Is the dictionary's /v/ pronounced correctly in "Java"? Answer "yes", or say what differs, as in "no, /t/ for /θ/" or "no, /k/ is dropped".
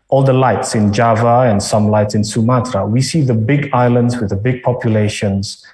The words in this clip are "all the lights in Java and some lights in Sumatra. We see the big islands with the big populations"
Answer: yes